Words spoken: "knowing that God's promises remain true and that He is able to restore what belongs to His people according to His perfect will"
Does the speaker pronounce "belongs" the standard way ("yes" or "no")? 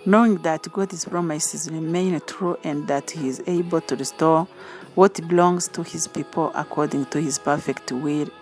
yes